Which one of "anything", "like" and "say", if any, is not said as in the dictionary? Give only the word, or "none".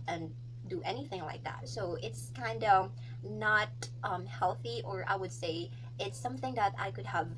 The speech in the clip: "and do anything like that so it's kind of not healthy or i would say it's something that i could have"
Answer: none